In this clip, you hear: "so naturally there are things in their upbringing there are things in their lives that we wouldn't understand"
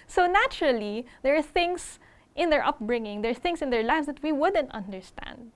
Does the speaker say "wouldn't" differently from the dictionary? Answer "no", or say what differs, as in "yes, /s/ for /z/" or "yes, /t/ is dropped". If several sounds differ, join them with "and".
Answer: no